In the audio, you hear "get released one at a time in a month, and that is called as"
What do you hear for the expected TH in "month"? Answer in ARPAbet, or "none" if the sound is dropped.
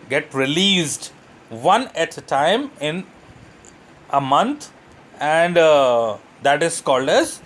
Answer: T